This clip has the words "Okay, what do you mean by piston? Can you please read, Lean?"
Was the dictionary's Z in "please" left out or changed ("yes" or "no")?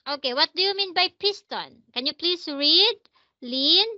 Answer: yes